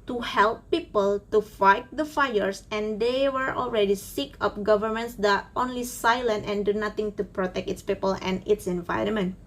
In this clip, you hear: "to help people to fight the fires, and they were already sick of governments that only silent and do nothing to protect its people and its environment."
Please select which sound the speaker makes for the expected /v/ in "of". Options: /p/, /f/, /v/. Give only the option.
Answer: /p/